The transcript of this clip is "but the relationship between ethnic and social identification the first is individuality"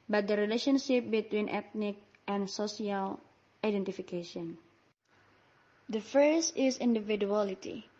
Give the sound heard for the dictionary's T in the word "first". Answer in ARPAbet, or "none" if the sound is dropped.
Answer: none